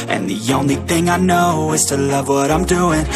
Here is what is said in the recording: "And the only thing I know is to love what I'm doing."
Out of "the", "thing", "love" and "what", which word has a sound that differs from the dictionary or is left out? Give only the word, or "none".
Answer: none